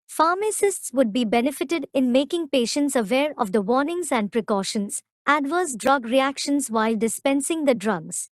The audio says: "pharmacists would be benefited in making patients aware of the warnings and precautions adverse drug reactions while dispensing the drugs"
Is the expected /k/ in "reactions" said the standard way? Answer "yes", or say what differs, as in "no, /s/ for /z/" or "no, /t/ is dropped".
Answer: yes